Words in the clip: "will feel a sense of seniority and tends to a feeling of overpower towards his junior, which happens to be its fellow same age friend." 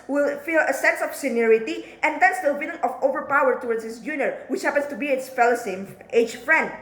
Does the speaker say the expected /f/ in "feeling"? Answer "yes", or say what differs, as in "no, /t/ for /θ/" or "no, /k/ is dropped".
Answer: no, /p/ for /f/